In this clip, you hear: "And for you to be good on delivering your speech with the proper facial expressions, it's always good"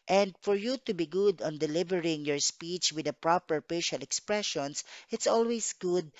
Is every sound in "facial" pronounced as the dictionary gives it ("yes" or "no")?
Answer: no